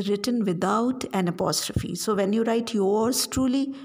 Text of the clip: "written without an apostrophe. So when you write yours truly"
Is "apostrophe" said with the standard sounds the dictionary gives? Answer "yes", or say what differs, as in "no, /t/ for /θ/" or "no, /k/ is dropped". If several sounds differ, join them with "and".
yes